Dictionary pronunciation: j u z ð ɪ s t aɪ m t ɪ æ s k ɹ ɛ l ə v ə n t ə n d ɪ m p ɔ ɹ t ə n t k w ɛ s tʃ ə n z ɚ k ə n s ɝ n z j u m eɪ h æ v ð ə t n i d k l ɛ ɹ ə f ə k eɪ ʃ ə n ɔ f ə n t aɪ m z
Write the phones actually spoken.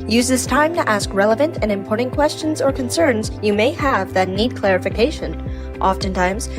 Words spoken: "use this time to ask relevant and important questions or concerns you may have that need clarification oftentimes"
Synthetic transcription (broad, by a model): j u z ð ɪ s t aɪ m t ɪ æ s k ɹ ɛ l ə v ə n t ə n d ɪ m p ɔ ɹ t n k w ɛ s tʃ ə n z ɚ k ə n s ɝ n z j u m eɪ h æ v ð ə t n i d k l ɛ ɹ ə f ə k eɪ ʃ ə n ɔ f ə n t aɪ m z